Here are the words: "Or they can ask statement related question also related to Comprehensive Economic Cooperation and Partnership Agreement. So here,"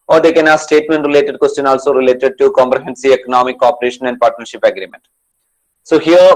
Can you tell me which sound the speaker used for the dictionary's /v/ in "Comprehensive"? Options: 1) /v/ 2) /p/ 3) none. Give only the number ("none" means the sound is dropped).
3